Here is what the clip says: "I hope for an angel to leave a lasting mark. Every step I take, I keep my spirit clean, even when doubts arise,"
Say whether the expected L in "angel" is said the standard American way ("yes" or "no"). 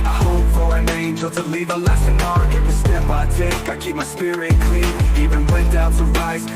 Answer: yes